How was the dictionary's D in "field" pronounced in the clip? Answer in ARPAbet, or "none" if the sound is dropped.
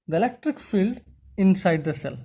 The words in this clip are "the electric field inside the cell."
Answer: D